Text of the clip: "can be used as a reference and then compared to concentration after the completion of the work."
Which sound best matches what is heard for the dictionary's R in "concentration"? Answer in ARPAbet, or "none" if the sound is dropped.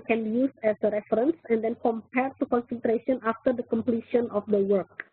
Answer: R